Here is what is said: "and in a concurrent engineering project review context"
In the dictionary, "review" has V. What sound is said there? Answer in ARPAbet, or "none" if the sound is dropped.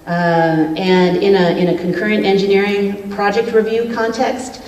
V